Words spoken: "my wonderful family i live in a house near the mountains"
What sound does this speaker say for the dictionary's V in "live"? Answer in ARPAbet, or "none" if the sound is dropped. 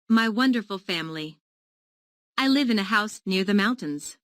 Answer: V